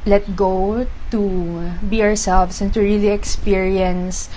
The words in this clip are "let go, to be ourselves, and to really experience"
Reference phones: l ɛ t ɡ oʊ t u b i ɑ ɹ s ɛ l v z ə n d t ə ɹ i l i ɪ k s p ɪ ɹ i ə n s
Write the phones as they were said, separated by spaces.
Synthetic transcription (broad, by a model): l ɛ t ɡ oʊ t u b i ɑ ɹ s ɛ l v s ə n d t ə ɹ i l i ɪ k s p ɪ ɹ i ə n s